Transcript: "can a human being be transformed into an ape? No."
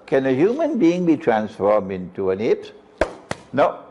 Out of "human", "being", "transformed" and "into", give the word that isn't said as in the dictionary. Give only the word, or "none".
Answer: none